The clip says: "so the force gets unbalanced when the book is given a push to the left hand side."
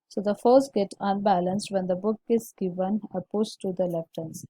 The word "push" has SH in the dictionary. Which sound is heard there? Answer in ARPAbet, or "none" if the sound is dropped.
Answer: S